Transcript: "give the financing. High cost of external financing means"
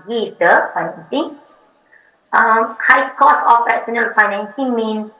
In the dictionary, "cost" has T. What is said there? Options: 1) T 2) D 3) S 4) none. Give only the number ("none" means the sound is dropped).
4